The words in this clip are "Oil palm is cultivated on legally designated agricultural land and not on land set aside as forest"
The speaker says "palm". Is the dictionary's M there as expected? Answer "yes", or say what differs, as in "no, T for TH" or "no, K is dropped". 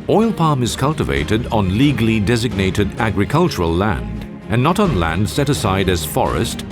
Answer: yes